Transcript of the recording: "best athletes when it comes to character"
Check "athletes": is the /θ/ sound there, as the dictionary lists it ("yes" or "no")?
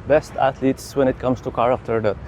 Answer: no